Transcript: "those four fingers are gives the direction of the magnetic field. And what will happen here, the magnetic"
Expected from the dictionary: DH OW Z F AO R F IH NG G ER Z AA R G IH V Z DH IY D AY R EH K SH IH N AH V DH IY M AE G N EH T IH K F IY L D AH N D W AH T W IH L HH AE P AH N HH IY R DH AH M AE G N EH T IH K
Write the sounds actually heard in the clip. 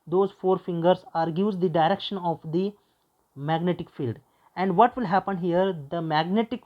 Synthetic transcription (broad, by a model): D OW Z F AO R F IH NG G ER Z AA R G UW Z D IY D AY R EH K SH IH N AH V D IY M AE G N EH T IH K F IY L D AH N D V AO T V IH L HH AE P AH N HH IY R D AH M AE G N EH T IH K